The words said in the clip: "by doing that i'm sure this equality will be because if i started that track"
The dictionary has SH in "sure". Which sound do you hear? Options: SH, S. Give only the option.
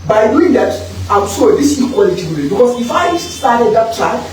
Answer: S